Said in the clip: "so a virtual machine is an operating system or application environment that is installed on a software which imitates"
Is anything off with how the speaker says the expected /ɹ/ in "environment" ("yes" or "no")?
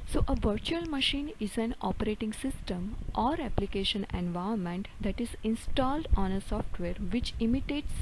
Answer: yes